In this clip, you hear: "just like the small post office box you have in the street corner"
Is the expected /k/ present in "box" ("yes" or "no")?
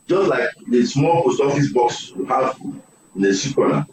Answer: yes